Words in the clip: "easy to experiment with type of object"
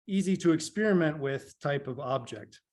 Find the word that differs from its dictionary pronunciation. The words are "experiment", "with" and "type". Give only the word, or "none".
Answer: none